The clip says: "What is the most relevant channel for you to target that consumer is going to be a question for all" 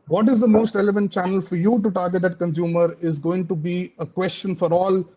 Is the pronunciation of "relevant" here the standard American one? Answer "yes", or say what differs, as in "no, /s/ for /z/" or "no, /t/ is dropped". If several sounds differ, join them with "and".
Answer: yes